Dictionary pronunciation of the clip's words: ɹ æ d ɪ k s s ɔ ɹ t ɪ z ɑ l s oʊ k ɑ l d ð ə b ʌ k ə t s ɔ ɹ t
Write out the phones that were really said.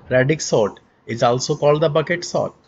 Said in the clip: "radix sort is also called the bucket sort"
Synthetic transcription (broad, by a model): ɹ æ d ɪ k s s ɔ t ɪ z ɑ l s oʊ k ɑ l d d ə b ʌ k ə t s ɔ t